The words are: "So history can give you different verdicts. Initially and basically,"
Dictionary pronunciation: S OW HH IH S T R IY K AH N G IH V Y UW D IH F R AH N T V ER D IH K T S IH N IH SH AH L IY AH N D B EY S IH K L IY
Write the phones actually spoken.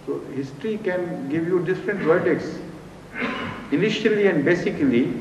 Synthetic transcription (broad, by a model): S OW HH IH S T R IY K AH N G IH V Y UW D IH F R AH N T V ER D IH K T S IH N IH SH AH L IY AH N D B EY S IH K L IY